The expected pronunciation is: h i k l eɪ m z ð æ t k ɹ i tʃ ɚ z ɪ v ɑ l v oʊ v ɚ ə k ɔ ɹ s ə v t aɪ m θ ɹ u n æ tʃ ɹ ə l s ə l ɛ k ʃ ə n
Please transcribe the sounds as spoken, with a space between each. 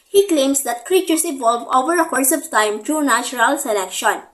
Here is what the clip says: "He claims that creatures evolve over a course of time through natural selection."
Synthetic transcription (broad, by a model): h i k l eɪ m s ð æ t k ɹ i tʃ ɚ s ɪ v ɑ l v oʊ v ɚ ə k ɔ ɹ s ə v t aɪ m t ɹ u n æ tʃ ɹ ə l s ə l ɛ k ʃ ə n